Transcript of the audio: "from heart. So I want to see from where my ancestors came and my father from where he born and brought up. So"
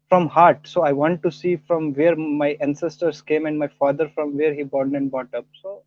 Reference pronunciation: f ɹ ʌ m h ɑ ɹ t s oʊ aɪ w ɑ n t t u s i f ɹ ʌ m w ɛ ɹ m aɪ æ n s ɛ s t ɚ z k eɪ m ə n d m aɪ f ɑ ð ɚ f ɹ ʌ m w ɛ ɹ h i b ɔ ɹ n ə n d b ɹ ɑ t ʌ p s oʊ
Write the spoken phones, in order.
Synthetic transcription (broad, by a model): f ɹ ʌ m h ɑ ɹ t s oʊ aɪ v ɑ n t t u s i f ɹ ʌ m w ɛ ɹ m aɪ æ n s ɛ s t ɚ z k eɪ m ə n d m aɪ f ɑ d ɚ f ɹ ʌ m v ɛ ɹ h i b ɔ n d ə n d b ɑ t ʌ p s oʊ